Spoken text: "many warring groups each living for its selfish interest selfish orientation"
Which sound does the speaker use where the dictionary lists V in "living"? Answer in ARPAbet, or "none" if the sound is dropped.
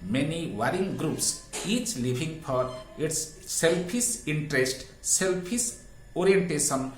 B